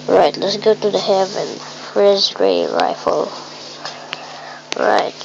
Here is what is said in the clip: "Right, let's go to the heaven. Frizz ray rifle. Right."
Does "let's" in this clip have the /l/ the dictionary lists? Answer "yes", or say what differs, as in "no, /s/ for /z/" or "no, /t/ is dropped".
yes